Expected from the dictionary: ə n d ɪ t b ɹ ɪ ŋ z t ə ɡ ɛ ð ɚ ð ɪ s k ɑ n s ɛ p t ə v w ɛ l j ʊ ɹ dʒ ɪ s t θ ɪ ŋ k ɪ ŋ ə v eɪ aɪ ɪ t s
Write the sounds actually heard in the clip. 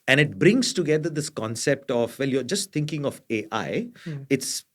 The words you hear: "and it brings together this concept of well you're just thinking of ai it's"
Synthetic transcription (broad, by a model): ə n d ɪ t b ɹ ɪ ŋ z t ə ɡ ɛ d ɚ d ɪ s k ɑ n s ɛ p t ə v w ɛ l j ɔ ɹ dʒ ɪ s t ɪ ŋ k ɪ ŋ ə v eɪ aɪ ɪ t s